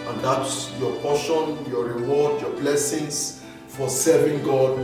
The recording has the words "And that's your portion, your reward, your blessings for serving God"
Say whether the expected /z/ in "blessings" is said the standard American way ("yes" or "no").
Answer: no